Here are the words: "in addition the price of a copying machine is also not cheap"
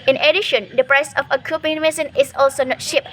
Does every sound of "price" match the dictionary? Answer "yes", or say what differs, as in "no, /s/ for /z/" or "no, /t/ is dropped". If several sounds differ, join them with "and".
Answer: yes